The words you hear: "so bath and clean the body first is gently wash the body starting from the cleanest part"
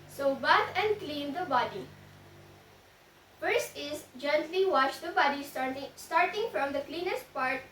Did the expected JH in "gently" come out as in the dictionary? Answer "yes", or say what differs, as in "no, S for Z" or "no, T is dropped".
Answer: yes